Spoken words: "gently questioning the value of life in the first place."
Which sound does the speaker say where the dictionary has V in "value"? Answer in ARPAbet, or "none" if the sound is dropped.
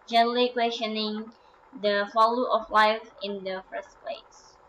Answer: F